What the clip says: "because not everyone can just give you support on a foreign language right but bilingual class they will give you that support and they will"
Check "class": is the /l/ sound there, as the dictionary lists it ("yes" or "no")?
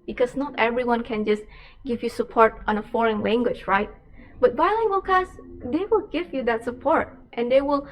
no